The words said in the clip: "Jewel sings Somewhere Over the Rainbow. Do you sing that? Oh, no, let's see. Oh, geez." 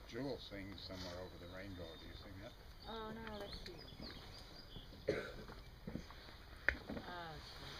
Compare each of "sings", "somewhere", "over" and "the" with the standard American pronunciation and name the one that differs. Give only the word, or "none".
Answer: none